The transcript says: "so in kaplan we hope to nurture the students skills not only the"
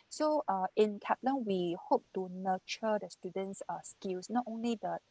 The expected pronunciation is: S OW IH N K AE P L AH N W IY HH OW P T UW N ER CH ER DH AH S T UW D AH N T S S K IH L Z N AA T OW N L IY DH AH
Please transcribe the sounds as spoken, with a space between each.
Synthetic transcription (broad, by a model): S OW IH N K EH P L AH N W IY HH OW P T UW N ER CH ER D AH S T UW D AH N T S S K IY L S N AA T OW N L IY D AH